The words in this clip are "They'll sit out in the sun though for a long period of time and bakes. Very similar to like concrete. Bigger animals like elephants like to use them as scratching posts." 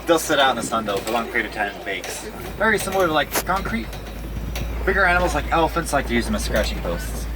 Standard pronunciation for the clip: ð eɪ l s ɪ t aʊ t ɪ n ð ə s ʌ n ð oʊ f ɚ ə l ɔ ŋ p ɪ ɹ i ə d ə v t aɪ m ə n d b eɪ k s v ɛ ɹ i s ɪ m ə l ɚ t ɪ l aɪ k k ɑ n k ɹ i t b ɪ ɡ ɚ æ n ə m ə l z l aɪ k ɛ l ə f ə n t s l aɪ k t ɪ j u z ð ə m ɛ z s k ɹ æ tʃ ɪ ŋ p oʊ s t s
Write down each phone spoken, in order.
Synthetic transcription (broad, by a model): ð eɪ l s ɪ t aʊ t n ð ə s ʌ n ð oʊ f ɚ ə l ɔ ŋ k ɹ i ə ə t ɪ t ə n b eɪ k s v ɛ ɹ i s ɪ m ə l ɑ ɪ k k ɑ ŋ k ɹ i t b ɪ ɡ ɚ æ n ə m l z l aɪ k ɛ l ə f ə n t s l aɪ k t ɪ j u z ð ə m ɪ s k ɹ æ tʃ ɪ ŋ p oʊ s t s